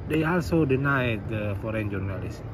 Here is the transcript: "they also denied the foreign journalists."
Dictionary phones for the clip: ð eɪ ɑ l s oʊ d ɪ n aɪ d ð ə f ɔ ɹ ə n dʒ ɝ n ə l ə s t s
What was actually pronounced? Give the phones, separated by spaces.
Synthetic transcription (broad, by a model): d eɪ ɑ l s oʊ d ɪ n aɪ d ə f ɔ ɹ ə n dʒ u n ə l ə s s